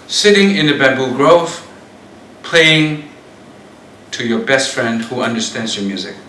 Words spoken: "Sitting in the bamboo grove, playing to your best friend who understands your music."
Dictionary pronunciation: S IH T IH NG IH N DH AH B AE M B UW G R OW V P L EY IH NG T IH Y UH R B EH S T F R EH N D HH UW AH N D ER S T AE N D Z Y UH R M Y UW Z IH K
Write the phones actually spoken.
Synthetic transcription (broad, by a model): S IH T IH NG IH N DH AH B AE B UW G R OW V P L EY IH NG T IH Y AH R B EH S T F R EH N D HH UW AH N D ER S T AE N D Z Y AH R M Y UW Z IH K